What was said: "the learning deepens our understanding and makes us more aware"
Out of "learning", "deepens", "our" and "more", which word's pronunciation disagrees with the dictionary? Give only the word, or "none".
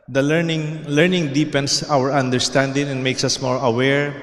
deepens